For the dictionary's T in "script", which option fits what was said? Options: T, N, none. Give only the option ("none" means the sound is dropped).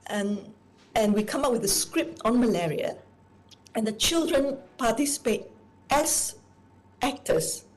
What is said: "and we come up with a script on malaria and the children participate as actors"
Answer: T